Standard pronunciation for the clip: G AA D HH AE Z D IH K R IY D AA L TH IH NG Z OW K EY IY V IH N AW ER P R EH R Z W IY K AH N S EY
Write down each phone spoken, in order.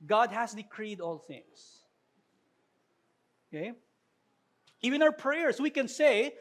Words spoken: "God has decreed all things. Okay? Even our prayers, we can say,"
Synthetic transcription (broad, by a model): G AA D HH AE S D IH K R IY D AA L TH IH NG S OW K EY IY V IH N AW ER P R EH R S W IY K AH N S EY